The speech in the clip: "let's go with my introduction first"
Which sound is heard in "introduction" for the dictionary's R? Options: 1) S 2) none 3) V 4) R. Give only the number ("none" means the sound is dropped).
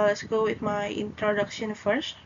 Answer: 4